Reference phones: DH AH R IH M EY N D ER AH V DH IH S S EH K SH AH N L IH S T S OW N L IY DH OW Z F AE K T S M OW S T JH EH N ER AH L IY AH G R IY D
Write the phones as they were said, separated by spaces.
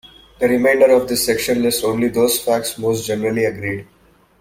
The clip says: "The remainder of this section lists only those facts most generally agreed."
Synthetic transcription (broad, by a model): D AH R IH M EY N D ER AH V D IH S S EH K SH AH N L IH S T OW N L IY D OW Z F AE K T S M OW S T JH EH N ER AH L IY AH G R IY D